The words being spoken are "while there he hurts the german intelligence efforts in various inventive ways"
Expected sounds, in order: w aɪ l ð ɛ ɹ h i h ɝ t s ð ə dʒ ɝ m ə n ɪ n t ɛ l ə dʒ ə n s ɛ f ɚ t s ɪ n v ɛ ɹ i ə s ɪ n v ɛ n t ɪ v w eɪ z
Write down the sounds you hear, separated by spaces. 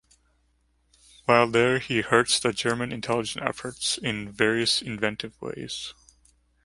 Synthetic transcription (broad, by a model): w aɪ l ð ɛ ɹ h i h ɝ t s ð ə dʒ ɝ m ə n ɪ n t ɛ l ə dʒ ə n ɛ f ɚ t s ɪ n v ɛ ɹ i ə s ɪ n v ɛ n t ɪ v w eɪ z